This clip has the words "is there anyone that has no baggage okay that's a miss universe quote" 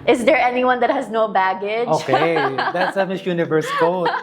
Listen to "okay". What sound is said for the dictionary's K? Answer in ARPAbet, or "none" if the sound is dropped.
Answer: K